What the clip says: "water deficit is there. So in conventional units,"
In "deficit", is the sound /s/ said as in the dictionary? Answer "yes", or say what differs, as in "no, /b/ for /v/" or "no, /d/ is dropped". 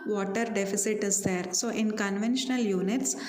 yes